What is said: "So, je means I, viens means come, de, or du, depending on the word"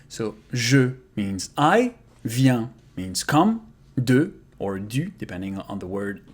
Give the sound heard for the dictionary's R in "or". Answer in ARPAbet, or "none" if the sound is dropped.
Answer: R